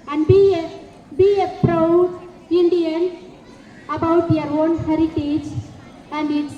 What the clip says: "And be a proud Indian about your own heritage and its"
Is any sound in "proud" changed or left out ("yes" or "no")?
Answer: yes